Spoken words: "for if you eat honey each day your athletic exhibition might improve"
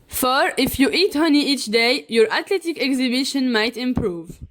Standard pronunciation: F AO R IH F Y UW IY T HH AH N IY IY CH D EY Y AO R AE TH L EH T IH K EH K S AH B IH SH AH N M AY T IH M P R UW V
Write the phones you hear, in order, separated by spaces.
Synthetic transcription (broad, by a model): F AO R IH F Y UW IY T HH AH N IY IY CH D EY Y AO R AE T L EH T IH K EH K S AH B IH SH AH N M AY T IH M P R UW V